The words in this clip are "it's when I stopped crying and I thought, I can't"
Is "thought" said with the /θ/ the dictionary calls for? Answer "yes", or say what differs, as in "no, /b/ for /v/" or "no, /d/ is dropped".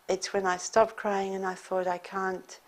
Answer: yes